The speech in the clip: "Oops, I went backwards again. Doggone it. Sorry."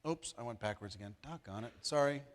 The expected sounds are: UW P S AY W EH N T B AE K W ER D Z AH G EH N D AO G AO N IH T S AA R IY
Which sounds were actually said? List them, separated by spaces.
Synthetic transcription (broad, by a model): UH P S AY W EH N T B AE K W ER D Z AH G EH N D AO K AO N IH T S AA R IY